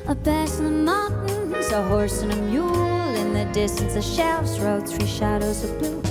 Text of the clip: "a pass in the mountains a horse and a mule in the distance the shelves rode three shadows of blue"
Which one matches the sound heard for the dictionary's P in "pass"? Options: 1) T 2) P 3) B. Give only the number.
3